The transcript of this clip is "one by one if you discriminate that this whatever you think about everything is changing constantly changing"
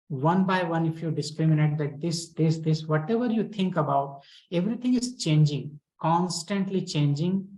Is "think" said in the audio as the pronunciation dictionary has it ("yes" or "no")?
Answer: no